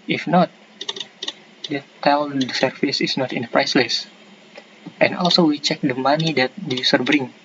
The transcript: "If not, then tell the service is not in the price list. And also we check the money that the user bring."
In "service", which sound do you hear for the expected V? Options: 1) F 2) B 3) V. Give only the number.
1